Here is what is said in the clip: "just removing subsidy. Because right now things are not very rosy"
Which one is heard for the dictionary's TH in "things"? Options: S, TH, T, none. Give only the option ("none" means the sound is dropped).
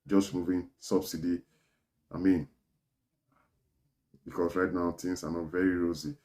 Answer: T